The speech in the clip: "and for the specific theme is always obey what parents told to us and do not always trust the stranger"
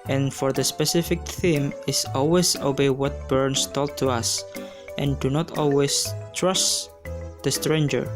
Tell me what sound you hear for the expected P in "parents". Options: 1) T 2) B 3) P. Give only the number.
2